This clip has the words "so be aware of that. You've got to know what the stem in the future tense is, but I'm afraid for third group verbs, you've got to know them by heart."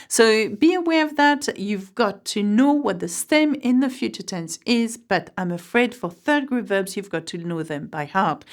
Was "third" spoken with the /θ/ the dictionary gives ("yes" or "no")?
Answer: yes